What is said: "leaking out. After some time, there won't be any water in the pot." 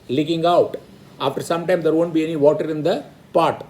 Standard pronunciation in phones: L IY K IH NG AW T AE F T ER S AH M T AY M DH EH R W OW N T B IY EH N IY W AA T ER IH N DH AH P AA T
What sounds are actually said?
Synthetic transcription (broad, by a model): L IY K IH NG AW T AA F T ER S AH M T AY M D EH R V OW N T B IY EH N IY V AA T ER IH N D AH P AA T